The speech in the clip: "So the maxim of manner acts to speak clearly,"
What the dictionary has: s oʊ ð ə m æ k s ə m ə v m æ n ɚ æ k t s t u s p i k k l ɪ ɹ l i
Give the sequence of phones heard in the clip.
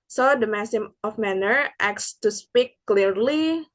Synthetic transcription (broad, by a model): s oʊ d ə m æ s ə m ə f m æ n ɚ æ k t s t u s p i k k l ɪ ɹ l i